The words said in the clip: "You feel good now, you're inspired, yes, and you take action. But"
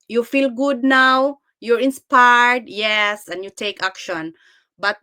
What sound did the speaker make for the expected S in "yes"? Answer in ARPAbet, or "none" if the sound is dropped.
S